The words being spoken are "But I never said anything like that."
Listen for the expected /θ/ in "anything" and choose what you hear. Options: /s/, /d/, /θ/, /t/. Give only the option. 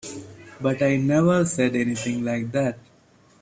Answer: /t/